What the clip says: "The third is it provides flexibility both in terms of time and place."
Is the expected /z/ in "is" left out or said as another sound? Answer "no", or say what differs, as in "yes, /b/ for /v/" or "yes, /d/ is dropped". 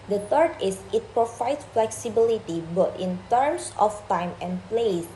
yes, /s/ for /z/